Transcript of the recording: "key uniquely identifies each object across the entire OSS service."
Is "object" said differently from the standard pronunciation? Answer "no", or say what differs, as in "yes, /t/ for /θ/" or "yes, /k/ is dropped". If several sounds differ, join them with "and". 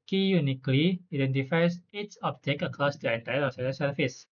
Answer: yes, /t/ is dropped